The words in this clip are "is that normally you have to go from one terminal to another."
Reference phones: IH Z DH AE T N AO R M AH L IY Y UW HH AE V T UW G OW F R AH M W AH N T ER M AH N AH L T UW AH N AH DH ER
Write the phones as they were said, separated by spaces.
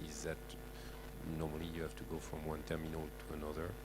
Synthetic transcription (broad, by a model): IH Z DH AE T N AO R M AH L IY Y UW HH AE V T UW G OW F R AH M W AH N T ER M AH N AH L T UW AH N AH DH ER